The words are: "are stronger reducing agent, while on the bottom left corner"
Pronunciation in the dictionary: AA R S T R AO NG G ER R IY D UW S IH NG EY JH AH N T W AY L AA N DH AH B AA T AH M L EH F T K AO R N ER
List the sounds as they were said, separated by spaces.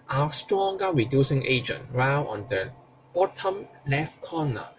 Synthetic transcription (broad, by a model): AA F S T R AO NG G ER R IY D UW S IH NG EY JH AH N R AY W AA N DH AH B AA T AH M L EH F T K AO N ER